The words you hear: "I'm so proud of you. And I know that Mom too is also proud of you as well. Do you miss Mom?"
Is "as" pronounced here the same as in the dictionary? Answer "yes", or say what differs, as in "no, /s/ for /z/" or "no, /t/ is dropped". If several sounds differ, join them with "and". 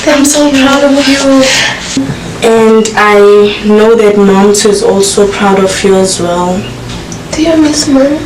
yes